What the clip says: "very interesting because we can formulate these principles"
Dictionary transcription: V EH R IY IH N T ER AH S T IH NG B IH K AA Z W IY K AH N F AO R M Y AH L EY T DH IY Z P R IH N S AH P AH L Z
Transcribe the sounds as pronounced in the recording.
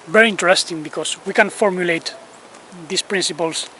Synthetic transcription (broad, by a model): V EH R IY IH N T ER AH S T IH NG B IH K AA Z W IY K AH N F AO R M Y AH L EY T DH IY S P R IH N S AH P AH L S